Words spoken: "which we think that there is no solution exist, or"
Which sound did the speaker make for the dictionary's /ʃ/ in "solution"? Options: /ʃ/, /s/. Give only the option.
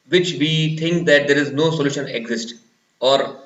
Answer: /ʃ/